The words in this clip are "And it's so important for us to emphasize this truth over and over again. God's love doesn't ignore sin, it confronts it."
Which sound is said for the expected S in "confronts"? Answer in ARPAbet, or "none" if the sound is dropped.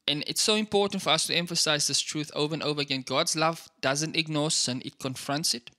S